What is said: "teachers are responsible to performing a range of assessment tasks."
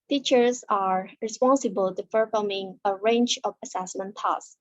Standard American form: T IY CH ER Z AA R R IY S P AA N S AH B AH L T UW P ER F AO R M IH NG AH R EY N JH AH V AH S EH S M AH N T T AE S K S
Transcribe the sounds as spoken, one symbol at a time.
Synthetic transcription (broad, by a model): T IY CH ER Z AA R R IY S P AA N S AH B AH L T UW F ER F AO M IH NG AH R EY N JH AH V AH S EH S M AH N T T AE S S